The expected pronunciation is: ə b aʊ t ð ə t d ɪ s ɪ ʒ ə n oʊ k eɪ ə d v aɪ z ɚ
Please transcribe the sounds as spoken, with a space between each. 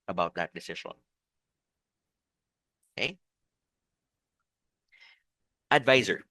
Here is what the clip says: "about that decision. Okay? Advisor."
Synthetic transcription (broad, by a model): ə b aʊ t ð ə t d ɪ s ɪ ʃ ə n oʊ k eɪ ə d v aɪ z ɚ